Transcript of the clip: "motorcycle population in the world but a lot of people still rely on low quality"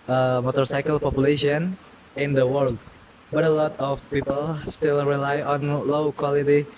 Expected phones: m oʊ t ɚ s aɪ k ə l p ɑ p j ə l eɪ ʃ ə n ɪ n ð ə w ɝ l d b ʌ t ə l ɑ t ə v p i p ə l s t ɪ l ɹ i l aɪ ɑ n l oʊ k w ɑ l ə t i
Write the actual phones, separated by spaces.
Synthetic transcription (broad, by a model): m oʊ t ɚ s aɪ k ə l p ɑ p j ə l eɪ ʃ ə n ɪ n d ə w ɝ l d b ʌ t ə l ɑ t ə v p i p ə l s t ɪ l ɹ i l aɪ ɑ n l oʊ k w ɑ l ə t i